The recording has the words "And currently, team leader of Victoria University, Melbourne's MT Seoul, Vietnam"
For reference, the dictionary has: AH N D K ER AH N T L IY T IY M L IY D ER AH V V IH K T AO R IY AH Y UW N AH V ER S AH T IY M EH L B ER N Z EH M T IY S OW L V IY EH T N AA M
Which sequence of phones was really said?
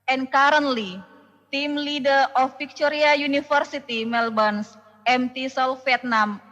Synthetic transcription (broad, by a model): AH N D K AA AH N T L IY T IY M L IY D ER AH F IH K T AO R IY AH Y UW N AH F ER S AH T IY M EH L B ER N S EH M T IY S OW L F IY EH T N AA M